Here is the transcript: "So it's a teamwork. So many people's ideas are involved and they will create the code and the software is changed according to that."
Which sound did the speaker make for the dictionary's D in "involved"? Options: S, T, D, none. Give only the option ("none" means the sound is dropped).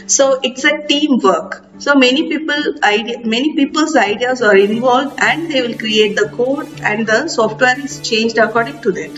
D